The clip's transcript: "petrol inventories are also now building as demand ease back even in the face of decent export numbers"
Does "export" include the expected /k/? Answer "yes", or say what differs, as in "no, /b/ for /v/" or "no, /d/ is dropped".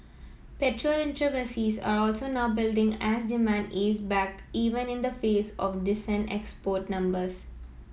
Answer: yes